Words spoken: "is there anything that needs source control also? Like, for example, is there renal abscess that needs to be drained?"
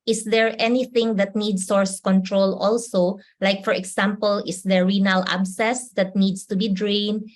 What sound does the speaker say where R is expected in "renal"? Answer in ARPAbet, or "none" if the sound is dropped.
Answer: R